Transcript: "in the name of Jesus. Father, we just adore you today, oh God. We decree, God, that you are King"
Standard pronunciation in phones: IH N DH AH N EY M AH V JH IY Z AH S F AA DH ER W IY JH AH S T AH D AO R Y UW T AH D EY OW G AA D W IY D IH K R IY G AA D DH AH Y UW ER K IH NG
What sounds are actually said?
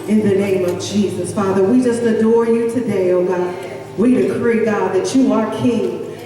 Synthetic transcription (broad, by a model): IH N DH AH N EY M AH V JH IY Z AH S F AA DH ER W IY JH AH S T AH D AO R Y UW T AH D EY OW G AA D W IY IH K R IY G AA D DH AH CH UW ER K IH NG